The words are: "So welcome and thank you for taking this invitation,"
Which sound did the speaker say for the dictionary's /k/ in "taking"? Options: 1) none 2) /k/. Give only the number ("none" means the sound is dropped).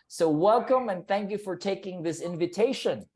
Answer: 2